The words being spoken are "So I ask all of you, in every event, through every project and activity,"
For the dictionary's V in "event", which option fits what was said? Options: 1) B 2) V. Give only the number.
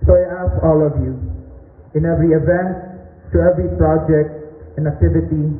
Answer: 2